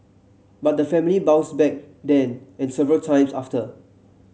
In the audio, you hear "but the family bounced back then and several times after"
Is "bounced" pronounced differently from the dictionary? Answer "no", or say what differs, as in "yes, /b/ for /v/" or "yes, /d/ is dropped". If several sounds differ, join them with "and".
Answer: yes, /n/ is dropped